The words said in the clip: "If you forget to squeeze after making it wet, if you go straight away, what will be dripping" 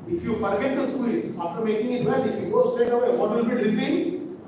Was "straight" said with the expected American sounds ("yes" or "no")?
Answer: no